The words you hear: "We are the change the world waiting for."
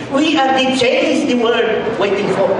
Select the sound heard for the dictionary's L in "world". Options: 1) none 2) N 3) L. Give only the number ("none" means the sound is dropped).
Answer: 1